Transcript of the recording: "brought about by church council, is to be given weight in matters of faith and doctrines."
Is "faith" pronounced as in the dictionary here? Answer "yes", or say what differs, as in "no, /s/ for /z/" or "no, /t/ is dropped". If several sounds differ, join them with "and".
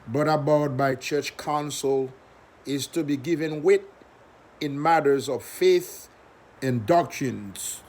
yes